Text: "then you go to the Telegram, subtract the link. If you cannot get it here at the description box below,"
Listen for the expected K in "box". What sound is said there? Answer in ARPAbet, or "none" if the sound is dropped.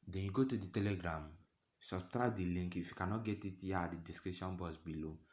none